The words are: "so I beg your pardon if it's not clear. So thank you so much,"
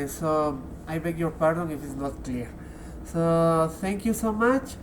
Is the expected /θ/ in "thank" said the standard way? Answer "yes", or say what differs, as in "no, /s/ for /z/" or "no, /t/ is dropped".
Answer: no, /t/ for /θ/